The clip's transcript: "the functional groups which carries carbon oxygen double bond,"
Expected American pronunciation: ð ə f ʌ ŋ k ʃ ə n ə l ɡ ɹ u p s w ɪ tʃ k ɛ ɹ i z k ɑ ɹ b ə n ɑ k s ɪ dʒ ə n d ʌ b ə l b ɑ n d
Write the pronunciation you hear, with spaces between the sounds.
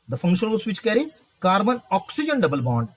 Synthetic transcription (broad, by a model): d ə f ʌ ŋ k ʃ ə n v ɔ s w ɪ tʃ k ɛ ɹ i z k ɑ ɹ b ə n ɑ k s ɪ dʒ ə n d ʌ b ə l b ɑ n d